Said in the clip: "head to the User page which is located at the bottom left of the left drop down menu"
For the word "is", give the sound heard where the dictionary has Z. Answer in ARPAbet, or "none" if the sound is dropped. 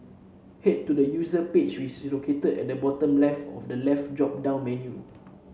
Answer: S